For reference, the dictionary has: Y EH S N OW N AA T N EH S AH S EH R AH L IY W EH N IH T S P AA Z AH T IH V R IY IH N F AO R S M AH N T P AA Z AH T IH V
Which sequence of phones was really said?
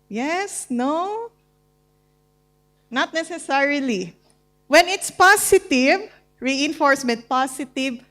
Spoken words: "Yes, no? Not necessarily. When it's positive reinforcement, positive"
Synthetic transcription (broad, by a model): Y EH S N OW N AA T N EH S AH S EH R AH L IY W EH N IH T S P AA S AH T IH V R IY IH N F AO R S M AH N T P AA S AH T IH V